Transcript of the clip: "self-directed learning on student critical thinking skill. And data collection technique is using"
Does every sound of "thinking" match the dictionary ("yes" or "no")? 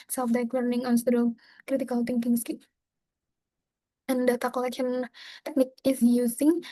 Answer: no